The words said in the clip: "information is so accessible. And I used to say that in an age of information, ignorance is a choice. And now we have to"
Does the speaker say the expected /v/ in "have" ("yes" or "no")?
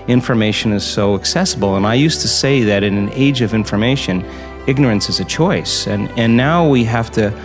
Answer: no